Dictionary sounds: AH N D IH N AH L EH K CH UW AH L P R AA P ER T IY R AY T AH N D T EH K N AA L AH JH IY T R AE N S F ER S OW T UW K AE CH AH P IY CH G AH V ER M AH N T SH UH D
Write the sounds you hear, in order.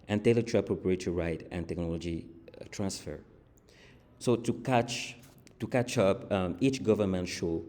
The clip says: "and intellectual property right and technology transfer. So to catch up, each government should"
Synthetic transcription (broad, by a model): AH N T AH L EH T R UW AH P R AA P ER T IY R AY T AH N T EH K N AA L AH JH IY T R AE N S F ER S OW T UW K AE CH AH P IY CH G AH V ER M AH N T SH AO